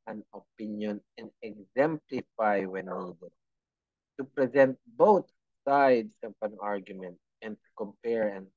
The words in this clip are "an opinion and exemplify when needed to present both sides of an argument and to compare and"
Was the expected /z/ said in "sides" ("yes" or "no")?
no